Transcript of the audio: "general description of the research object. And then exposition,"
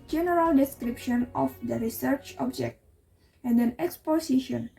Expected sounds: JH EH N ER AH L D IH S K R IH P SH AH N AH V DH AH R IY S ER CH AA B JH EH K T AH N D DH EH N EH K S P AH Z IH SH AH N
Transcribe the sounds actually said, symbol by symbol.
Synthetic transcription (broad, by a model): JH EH N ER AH L D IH S K R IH P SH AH N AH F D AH R IY S ER CH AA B JH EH K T AH N D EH N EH K S P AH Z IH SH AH N